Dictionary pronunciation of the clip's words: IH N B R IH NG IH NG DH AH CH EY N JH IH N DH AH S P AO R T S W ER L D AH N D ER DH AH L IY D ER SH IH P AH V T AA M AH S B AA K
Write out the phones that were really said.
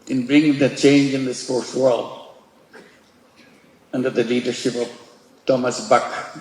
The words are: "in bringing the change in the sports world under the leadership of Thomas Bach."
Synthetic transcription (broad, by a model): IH N B R IH NG IH NG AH CH EY N JH IH N DH AH S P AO R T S W ER L D AH N D ER DH AH L IY D ER SH IH P AH V T AA M AH S B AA K